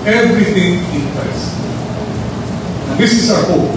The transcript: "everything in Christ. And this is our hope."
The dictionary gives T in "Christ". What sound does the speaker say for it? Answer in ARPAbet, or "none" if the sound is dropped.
none